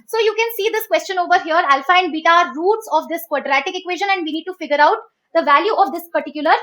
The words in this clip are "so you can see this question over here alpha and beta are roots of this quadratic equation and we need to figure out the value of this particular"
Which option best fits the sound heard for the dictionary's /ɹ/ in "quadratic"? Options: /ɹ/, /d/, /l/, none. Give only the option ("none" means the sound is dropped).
/ɹ/